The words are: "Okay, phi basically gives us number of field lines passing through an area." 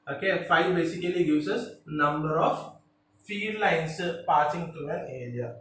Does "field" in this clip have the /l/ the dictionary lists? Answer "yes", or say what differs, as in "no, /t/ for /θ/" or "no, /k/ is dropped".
no, /l/ is dropped